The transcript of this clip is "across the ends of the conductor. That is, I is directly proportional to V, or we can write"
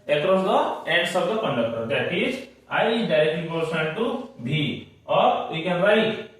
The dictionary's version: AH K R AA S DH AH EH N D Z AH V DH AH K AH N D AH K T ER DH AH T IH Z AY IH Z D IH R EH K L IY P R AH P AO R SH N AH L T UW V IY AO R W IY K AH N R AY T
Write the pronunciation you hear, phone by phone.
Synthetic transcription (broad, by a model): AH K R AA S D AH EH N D S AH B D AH K AH N D AH K T ER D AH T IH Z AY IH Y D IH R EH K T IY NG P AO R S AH N T UW B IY AO R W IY K AH N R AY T